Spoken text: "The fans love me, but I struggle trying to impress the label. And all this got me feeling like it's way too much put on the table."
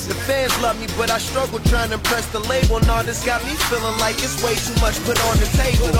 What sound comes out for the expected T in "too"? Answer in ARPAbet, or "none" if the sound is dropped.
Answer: T